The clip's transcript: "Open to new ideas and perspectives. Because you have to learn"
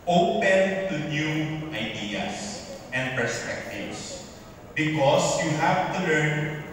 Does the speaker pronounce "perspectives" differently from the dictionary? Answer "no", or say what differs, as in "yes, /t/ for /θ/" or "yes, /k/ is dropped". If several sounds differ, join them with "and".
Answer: yes, /s/ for /z/